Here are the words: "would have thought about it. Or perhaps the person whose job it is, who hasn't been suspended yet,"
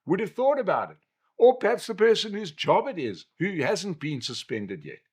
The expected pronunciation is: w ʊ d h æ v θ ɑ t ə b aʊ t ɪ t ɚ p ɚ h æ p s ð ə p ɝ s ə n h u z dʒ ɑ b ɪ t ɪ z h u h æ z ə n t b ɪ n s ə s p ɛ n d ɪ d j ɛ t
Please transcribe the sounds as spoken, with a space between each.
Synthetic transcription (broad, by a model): w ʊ d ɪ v θ ɑ t ə b aʊ t ɪ t ɚ p ɚ h æ p s ð ə p ɝ s ə n h u z dʒ ɑ b ɪ t ɪ z h u h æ z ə n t b ɪ n s ə s p ɛ n d ɪ d j ɛ t